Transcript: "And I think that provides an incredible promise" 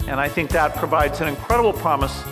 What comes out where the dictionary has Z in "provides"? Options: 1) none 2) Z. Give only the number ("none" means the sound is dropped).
2